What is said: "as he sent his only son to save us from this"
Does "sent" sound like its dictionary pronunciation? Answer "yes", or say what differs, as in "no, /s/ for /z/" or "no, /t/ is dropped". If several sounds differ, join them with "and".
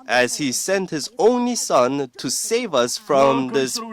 yes